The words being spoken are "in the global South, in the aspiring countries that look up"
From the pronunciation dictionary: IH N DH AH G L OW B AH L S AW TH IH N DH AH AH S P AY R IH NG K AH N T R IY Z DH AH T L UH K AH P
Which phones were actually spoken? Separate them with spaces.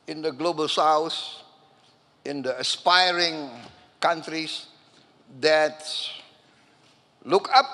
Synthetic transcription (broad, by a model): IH N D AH G L OW B AH L S AW S IH N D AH AH S P AY R IH NG K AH N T R IY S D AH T L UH K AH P